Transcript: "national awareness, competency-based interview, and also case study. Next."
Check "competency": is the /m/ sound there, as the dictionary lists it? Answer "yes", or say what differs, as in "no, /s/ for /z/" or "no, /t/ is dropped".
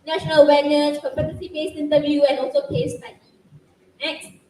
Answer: no, /m/ is dropped